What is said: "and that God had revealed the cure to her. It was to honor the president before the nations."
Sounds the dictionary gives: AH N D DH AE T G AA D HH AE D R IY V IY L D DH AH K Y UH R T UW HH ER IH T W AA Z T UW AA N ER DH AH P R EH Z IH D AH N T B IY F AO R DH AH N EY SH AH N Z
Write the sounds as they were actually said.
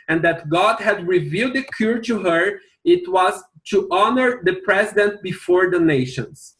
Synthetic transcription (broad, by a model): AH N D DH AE T G AA D HH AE D R IY V IY L D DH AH K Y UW R T UW HH ER IH T W AA Z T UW AA N ER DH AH P R EH Z IH D AH N T B IY F AO R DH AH N EY SH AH N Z